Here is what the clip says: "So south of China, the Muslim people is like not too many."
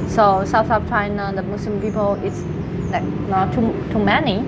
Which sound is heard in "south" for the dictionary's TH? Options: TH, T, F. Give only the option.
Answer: F